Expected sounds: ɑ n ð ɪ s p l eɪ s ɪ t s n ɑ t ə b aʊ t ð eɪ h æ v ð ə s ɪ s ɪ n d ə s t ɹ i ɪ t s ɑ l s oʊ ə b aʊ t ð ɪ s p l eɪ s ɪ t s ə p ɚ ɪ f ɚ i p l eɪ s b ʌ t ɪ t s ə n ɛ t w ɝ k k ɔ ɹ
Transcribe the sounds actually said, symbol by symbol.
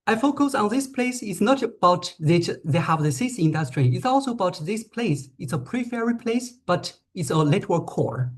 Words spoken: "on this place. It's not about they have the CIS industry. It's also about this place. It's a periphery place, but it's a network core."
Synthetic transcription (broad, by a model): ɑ n ð ɪ s p l eɪ s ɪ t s n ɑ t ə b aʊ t ð eɪ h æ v ð ə s ɪ s ɪ n d ə s t ɹ i ɪ t s ɑ l s oʊ ə b aʊ t ð ɪ s p l eɪ s ɪ t s ə p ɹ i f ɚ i p l eɪ s b ʌ t ɪ t s ə l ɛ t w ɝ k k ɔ ɹ